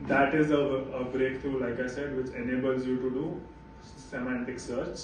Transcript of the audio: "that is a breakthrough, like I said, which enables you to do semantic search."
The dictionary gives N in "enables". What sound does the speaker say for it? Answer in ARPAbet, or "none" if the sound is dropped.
N